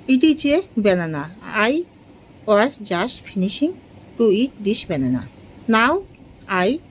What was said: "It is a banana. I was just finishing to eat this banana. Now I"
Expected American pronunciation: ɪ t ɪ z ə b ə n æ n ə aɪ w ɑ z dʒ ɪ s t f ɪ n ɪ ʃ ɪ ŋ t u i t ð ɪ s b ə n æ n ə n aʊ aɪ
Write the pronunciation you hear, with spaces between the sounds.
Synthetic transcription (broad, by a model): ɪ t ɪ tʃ ə b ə n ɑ n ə aɪ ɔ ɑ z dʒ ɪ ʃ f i n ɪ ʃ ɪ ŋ t u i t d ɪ ʃ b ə n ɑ n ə n aʊ aɪ